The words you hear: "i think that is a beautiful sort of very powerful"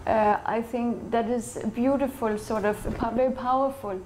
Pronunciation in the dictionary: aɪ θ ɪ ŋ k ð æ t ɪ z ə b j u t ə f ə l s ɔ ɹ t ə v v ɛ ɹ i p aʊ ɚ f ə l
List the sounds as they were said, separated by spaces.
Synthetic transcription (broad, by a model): aɪ θ ɪ ŋ k ð æ t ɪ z b j u t ə f ə l s ɔ ɹ t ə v v ɛ ɹ i p aʊ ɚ f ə l